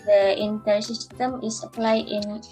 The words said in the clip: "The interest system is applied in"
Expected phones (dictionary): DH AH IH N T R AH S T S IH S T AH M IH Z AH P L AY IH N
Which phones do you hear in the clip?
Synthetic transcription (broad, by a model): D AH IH N T AH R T S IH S T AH M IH S AH P L AY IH N